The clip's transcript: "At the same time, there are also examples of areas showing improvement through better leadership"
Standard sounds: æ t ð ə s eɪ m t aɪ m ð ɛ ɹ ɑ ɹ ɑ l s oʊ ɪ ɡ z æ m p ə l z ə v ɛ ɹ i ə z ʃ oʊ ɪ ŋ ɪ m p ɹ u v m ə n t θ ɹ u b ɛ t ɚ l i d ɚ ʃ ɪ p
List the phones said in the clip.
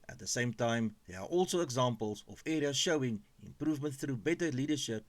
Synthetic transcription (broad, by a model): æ t ð ə s eɪ m t aɪ m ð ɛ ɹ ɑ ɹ ɑ l s oʊ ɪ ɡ z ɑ m p ə l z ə f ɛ ɹ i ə ʃ oʊ ɪ ŋ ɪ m p ɹ u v m ə n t θ ɹ u b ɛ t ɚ l i d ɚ ʃ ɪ p